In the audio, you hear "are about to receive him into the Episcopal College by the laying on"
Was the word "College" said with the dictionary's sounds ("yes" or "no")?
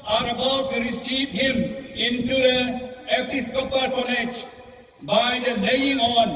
no